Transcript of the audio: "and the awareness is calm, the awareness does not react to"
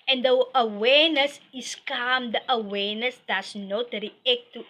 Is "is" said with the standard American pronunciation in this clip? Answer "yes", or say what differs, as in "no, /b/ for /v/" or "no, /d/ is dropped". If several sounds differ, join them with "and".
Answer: no, /s/ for /z/